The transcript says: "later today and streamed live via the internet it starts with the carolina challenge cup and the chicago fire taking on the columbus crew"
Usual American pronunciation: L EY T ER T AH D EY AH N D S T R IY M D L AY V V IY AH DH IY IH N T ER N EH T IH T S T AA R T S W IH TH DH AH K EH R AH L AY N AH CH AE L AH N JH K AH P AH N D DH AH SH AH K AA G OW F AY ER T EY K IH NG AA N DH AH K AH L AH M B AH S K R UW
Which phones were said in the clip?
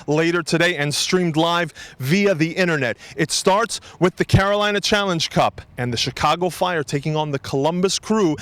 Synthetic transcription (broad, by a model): L EY T ER T AH D EY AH N S T R IY M D L AY V V IY AH DH IY IH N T ER N EH T IH T S T AA R T S W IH DH AH K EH R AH L AY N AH CH AE L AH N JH K AH P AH N DH AH SH AH K AA G OW F AY ER T EY K IH NG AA N DH AH K AH L AH M B AH S K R UW